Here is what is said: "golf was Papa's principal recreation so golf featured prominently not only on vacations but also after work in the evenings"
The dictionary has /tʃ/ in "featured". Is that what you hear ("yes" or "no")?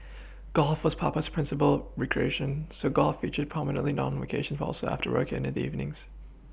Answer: yes